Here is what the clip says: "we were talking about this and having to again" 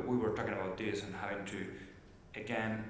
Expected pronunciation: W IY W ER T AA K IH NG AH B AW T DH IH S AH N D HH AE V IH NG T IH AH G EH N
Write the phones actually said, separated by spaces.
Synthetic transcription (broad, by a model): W IY W ER T AA K IH NG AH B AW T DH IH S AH N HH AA IH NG T IH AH G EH N